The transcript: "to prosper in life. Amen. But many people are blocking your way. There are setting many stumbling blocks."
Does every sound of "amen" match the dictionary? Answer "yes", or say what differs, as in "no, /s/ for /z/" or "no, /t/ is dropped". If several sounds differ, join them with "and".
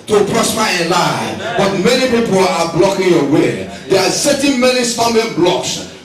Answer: no, /m/ is dropped